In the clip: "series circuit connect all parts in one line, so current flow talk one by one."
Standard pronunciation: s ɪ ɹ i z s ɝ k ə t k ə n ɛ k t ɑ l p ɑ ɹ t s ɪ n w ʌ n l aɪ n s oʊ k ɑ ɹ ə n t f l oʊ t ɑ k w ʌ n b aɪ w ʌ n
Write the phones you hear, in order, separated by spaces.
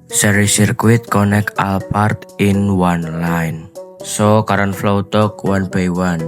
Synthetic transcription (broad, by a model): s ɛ ɹ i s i k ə t k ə n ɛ k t ɑ l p ɑ ɹ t ɪ n w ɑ n l aɪ n s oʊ k ɑ ɹ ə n f l oʊ t ɑ k w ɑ n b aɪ w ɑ n